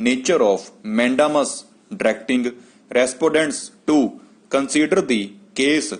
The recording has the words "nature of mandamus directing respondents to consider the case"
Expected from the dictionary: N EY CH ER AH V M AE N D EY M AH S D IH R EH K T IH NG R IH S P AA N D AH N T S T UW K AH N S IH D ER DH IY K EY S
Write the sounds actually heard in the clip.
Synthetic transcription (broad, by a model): N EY CH ER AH P M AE N D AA M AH S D R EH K T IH NG R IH S P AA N D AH N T S T UW K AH N S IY D ER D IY K EY S